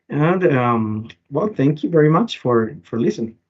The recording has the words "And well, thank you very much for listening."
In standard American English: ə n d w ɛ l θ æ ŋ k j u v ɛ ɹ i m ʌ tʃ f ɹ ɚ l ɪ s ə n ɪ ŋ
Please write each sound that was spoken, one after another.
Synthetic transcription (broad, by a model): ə n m w ɛ l θ æ ŋ k j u v ɛ ɹ i m ʌ tʃ f ɹ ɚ l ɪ s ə n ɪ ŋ